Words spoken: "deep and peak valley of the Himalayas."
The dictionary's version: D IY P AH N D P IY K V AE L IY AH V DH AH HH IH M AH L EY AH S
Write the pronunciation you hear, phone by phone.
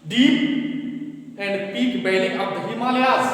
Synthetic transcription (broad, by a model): D IY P AH N D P IY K B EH L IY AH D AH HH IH M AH L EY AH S